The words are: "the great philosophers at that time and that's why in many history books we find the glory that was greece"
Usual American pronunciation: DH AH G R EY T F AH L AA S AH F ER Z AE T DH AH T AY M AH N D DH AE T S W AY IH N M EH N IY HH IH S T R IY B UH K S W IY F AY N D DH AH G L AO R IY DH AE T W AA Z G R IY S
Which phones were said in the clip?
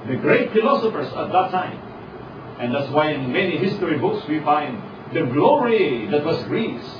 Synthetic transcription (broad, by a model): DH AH G R EY T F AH L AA S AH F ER S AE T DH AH T AY M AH N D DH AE T S W AY IH N M EH N IY HH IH S T R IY B UH K S W IY F AY N D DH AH G L AO R IY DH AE T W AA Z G R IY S